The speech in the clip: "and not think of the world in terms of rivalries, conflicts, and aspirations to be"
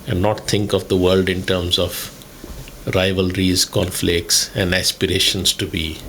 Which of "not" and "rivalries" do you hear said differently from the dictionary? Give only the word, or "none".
none